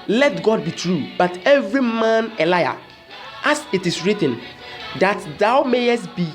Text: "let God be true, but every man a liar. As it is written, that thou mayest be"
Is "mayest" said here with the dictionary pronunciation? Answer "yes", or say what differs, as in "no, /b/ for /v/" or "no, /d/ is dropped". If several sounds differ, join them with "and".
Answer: yes